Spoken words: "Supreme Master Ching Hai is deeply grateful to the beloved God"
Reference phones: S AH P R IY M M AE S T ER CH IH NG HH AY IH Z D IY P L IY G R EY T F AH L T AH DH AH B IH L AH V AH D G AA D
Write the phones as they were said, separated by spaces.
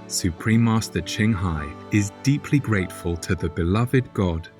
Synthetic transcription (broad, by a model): S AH P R IY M M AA S T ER CH IH NG HH AY IH Z D IY P L IY G R EY T F AH L T AH DH AH B IH L AH V AH D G AA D